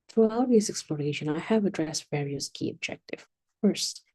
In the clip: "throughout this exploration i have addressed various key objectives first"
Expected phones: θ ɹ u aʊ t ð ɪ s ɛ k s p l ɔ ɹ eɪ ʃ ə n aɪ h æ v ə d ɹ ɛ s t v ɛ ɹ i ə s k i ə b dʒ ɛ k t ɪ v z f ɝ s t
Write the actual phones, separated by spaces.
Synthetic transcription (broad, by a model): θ ɹ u aʊ t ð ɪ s ɛ k s p l ɔ ɹ eɪ ʃ ə n aɪ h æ v ə d ɹ ɛ s t v ɛ ɹ i ə s k i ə b dʒ ɛ k t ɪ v f ɝ s t